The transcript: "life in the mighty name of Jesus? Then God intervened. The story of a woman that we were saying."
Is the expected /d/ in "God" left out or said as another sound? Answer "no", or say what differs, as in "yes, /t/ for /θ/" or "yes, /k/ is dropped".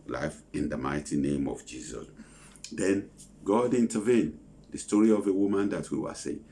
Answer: no